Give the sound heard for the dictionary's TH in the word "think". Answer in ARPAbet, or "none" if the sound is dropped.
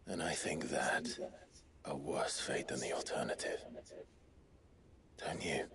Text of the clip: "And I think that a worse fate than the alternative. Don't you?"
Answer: TH